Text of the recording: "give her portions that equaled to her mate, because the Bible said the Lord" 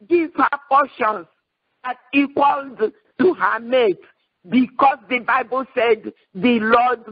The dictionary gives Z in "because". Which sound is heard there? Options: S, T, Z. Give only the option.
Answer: S